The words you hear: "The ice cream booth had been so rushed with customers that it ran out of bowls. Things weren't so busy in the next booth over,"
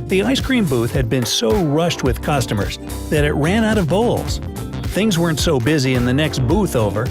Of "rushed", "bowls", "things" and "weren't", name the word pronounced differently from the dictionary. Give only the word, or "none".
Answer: none